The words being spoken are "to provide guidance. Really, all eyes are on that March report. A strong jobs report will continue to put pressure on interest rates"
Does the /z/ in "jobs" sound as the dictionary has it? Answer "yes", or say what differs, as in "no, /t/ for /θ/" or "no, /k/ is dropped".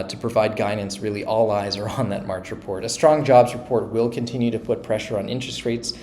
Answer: yes